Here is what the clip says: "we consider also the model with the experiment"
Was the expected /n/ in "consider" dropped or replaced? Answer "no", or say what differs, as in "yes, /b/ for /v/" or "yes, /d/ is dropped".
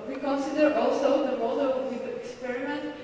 no